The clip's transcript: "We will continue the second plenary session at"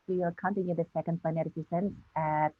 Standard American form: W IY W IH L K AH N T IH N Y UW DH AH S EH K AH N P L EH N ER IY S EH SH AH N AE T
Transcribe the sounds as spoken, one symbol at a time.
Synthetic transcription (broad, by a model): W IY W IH L K AH N T IH N Y UW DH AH S EH K AH N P EH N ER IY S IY S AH N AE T